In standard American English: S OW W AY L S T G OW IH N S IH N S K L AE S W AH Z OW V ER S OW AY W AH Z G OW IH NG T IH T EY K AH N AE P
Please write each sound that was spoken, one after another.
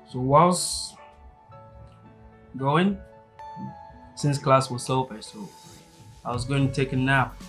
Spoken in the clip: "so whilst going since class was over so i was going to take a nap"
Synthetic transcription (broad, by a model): S OW W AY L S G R OW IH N S IH N S K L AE S W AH S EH P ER S OW AY W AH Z G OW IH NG T IH T EY K AH N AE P